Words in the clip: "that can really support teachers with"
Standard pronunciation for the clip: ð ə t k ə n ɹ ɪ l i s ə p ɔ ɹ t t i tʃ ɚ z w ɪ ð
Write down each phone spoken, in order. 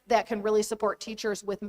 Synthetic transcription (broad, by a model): ð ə t k ə n ɹ ɪ l i s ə p ɔ ɹ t t i tʃ ɚ z w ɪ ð